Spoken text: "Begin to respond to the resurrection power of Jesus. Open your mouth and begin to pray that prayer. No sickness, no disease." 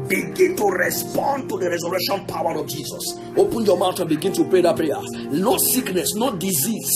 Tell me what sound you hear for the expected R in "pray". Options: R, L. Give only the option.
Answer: R